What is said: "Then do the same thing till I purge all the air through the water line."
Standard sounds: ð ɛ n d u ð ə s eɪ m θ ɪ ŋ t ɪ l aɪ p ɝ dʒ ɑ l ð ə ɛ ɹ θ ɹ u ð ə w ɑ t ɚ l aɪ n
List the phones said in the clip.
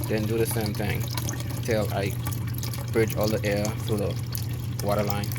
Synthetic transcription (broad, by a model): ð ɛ n d u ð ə s eɪ m θ ɪ ŋ t ɪ l aɪ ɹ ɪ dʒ ɑ l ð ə ɛ ɹ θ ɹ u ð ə w ɑ t ɚ l aɪ n